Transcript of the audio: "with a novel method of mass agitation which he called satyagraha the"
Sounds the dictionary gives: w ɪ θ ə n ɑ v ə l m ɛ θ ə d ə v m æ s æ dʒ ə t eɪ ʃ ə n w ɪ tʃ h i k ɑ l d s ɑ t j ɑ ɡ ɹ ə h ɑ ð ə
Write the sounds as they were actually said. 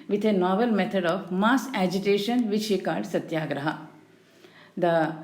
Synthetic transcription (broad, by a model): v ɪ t ə n ɑ v ə l m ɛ t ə d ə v m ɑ s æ dʒ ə t eɪ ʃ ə n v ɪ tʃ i k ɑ d s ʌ t j ɑ ɡ ɹ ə h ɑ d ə